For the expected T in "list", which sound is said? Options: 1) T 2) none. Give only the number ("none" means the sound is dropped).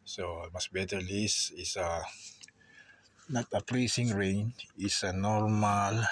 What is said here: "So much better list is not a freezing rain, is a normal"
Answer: 2